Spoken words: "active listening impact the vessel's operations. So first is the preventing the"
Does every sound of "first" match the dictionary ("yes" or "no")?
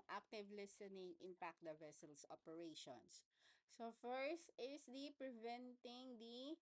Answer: yes